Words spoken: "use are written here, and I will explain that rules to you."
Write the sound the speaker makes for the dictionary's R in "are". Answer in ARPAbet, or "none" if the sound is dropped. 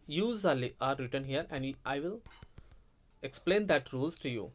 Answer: L